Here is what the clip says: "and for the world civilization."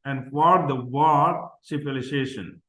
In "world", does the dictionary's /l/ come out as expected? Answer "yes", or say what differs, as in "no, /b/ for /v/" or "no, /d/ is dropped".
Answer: no, /l/ is dropped